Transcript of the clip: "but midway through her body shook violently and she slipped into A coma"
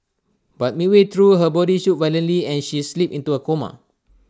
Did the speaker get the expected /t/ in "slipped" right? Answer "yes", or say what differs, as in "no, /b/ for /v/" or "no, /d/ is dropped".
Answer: no, /t/ is dropped